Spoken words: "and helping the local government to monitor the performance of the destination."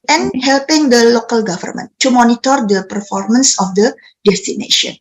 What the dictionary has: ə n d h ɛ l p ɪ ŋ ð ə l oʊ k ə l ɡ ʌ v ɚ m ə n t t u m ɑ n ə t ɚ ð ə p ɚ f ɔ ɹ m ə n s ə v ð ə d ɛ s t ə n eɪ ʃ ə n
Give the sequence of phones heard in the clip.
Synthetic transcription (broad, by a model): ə n h ɛ l p ɪ ŋ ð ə l oʊ k ə l ɡ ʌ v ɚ m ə n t t u m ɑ n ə t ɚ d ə p ɚ f ɔ ɹ m ə n s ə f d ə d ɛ s t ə n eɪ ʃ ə n